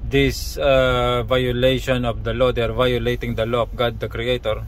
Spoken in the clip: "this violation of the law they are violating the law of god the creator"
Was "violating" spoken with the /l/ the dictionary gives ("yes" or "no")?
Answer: yes